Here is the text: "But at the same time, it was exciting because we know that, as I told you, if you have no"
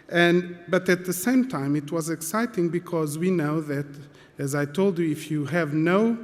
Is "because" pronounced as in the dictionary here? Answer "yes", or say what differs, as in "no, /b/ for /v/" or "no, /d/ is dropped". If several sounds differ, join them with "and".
yes